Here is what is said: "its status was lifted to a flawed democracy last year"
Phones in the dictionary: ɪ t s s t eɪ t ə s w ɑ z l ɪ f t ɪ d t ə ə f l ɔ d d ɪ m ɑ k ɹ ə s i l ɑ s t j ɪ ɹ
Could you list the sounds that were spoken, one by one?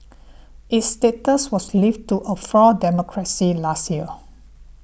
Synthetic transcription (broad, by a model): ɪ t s s t eɪ t ə s w ɑ s l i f t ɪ t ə ə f ɔ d d ɪ m ɑ k ɹ ə s i l ɑ s t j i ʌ